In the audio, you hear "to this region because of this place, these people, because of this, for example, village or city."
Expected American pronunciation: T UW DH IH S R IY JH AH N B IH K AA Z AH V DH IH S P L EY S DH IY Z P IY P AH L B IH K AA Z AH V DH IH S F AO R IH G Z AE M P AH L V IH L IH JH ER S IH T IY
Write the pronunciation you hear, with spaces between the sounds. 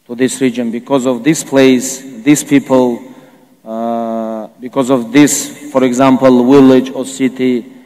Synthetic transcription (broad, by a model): T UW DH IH S R IY JH AH N B IH K AA Z AH V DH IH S P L EY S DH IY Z P IY P AH L B IH K AA Z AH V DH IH S F AO R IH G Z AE M P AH L W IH L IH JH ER S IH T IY